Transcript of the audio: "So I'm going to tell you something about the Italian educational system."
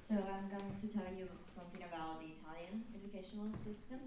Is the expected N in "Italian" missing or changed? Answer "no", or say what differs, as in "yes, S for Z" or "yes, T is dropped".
no